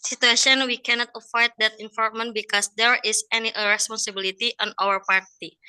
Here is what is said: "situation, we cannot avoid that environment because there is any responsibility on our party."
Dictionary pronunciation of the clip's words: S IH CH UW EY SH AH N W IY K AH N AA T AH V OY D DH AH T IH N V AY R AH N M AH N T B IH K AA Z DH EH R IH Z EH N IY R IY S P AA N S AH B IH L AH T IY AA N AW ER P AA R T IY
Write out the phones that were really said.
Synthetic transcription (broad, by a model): S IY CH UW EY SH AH N W IY K AH N AA T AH F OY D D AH T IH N F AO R M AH N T B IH K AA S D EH R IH S EH N IY R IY S P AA N S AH B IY L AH T IY AA N AW ER P AA R T IY